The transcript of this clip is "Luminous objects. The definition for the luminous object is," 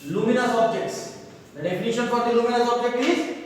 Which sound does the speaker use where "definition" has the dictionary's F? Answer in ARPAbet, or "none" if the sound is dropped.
P